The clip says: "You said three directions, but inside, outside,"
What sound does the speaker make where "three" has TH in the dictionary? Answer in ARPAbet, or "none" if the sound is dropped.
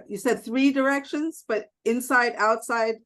TH